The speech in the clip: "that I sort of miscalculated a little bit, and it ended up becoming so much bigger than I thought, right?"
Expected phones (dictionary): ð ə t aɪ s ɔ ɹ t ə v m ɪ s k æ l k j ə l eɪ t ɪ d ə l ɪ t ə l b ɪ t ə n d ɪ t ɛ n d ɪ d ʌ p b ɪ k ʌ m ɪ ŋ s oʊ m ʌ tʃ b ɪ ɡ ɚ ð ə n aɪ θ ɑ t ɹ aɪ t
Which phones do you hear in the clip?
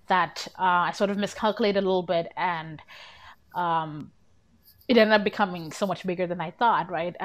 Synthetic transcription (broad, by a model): ð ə t aɪ s ɔ ɹ t ə v m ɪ s k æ l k j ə l eɪ ɪ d ə l ɪ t l b ɪ t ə n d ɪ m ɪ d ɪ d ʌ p b ɪ k ʌ m ɪ ŋ s oʊ m ʌ tʃ b ɪ ɡ ɚ ð ə n aɪ θ ɑ t ɹ aɪ t